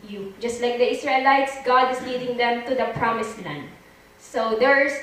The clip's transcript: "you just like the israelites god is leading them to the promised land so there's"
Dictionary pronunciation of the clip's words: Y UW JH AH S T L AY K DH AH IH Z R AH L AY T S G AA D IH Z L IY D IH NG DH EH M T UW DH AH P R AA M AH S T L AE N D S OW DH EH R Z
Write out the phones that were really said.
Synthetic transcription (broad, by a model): Y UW JH AH S T L AY K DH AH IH S R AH L AY T S G AA D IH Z L IY D IH NG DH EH M T UW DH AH P R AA M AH S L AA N S OW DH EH R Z